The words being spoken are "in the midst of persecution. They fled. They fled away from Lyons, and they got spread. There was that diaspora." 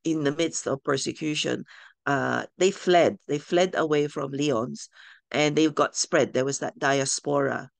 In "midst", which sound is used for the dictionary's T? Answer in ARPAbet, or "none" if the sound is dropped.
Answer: T